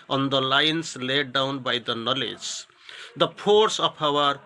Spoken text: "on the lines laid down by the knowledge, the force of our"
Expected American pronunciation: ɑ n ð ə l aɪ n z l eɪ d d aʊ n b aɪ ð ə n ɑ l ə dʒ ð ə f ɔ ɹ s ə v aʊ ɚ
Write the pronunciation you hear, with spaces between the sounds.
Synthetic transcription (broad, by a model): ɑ n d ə l aɪ n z l eɪ d d aʊ n b aɪ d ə n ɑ l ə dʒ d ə p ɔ ɹ s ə p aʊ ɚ